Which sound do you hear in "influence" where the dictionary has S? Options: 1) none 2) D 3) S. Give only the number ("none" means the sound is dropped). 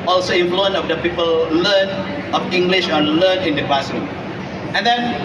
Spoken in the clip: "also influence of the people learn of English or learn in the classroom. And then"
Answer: 1